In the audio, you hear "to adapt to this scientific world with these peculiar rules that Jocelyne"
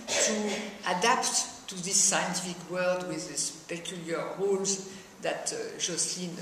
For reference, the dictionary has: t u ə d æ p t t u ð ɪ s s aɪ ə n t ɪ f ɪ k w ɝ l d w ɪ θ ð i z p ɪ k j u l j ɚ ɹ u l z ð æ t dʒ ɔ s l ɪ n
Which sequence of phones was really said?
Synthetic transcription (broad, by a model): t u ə d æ p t t u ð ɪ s s aɪ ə n t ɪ f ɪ k w ɝ l d w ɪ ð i s p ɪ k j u l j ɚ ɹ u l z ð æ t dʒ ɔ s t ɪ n